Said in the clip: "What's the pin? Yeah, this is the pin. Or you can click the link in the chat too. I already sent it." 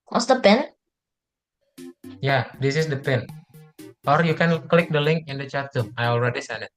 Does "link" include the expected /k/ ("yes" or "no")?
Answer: yes